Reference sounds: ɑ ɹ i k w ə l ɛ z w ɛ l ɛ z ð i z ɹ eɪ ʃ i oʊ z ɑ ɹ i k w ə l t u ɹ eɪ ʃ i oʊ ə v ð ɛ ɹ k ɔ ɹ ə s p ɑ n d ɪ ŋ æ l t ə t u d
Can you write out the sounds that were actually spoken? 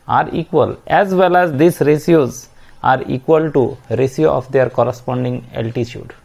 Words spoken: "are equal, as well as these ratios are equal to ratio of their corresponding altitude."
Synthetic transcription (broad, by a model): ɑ ɹ i k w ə l ɛ z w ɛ l ɛ z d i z ɹ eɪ s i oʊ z ɑ ɹ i k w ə l t u ɹ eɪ s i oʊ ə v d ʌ ɹ k ɔ ɹ ə s p ɑ n d ɪ ŋ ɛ l t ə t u d